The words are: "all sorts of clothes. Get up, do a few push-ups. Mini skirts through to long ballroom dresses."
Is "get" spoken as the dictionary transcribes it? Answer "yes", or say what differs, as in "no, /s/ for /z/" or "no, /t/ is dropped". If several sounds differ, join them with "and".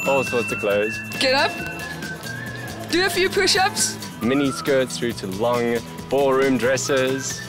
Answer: yes